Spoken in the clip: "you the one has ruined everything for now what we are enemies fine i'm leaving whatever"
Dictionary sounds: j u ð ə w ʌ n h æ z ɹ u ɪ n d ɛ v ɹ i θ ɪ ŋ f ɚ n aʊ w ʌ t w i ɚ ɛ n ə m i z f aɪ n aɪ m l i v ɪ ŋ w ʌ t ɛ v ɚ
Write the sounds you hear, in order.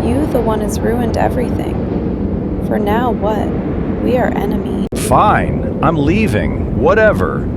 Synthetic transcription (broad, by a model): j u ð ə w ʌ n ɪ z ɹ u ɪ n d ɛ v ɹ i θ ɪ ŋ f ɚ n aʊ w ʌ t w i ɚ ɛ n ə m i f aɪ n aɪ m l i v ɪ ŋ w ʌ t ɛ v ɚ